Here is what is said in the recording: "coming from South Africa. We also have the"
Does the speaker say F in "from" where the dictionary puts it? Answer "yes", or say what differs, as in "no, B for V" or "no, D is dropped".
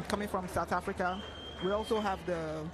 yes